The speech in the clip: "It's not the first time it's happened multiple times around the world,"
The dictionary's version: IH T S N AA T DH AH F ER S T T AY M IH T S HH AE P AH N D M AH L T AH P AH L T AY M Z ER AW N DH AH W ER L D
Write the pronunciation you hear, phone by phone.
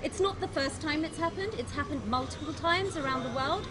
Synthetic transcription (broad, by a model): IH T S N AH T DH AH F ER S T T AY M IH T S HH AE P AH N D M AH L T AH P AH L T AY M Z ER AW N DH AH W ER L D